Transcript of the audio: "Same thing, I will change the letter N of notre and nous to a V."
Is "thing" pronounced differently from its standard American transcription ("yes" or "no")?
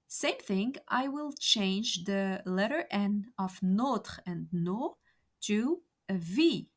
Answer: no